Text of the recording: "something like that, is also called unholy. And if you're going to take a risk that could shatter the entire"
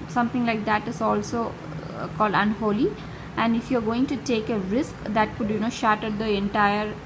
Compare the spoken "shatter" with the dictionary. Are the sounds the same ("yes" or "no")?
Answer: yes